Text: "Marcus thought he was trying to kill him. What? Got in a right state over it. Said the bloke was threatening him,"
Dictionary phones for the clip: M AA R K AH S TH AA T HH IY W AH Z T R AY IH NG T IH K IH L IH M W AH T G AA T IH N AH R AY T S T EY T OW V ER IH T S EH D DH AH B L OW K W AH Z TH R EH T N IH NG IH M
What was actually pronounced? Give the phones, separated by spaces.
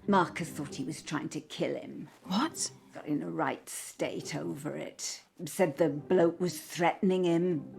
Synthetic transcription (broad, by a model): M AA R K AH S TH AA T HH IY W AH Z T R AY IH NG T IH K IH L IH M W AH T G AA T IH N AH R AY T S T EY T OW V ER IH T S EH D DH AH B L OW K W AH Z TH R EH T N IH NG IH M